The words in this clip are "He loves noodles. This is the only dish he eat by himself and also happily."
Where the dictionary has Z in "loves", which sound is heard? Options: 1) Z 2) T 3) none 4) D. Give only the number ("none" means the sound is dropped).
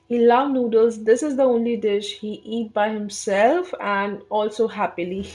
3